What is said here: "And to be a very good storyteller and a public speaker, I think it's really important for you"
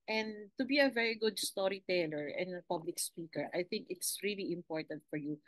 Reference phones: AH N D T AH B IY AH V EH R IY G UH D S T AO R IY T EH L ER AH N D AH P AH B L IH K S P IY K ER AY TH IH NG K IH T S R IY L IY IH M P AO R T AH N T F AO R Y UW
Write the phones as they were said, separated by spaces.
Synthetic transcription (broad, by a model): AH N D T AH B IY AH V EH R IY G UH D S T AO R IY T EH L ER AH N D AH P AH B L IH K S P IY K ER AY TH IH NG K IH T S R IY L IY IH M P AO R T AH N T F AO R Y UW